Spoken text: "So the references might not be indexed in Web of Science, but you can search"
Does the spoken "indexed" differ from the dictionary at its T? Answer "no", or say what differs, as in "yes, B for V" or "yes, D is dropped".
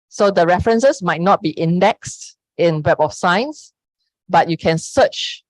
no